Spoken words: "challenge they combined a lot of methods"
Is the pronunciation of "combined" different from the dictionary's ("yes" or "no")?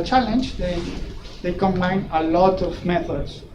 yes